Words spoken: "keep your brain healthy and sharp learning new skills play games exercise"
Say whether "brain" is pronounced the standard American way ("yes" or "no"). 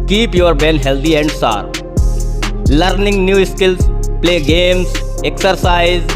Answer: no